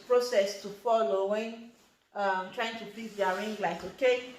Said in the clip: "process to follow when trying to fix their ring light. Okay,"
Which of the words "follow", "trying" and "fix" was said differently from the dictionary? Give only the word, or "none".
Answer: fix